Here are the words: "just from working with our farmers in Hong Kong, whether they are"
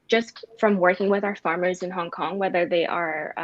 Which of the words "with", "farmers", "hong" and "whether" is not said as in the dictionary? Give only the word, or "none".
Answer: none